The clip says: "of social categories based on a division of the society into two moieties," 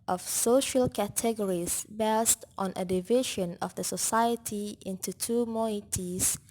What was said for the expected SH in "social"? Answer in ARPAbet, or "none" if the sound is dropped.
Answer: SH